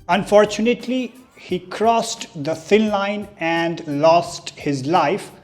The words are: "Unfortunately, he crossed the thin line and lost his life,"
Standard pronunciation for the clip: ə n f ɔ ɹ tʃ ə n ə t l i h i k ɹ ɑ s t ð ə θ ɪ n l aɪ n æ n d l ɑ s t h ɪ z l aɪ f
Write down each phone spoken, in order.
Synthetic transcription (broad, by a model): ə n f ɔ ɹ tʃ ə n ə t l i h i k ɹ ɑ s t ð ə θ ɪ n l aɪ n æ n d l ɑ s t h ɪ z l aɪ f